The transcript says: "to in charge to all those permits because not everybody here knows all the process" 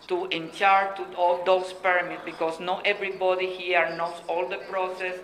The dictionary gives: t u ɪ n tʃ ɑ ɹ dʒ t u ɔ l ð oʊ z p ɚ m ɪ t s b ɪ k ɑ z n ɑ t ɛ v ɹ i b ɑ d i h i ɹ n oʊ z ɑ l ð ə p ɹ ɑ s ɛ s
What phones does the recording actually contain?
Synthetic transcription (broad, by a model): t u ɪ n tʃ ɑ ɹ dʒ t u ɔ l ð oʊ s p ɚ m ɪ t b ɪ k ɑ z n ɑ t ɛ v ɹ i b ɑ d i h i ɹ n oʊ s ɑ l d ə p ɹ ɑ s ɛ s